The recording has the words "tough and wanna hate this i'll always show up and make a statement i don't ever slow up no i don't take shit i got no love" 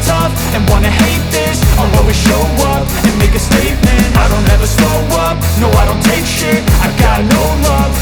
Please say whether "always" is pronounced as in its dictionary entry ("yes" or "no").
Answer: no